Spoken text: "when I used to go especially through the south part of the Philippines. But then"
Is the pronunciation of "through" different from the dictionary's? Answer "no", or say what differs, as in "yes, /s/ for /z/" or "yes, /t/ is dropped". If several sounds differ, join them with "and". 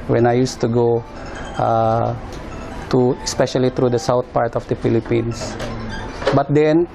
yes, /t/ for /θ/